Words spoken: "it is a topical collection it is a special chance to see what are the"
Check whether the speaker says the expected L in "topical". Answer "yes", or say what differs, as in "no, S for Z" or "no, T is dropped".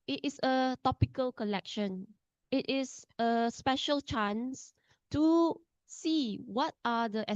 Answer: yes